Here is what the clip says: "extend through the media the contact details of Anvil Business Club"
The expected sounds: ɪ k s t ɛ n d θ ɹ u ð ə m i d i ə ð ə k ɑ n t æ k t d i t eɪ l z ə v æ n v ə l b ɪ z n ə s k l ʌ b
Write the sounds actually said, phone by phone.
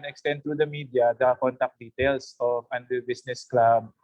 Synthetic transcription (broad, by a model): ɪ k s t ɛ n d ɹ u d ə m i d i ə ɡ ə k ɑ n t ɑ k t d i t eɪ l s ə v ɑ n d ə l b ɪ s n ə s k l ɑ b